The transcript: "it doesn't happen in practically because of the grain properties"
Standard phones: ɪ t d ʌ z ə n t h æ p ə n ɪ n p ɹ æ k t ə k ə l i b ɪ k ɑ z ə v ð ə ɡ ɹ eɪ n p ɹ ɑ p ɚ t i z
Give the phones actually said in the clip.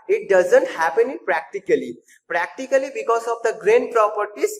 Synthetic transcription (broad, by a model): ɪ t d ʌ z ə n t h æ p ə n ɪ l p ɹ æ k t ə k ə l i b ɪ k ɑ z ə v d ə ɡ ɹ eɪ n p ɹ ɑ p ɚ t i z